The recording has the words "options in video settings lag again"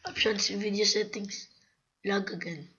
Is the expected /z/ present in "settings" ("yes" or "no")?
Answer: no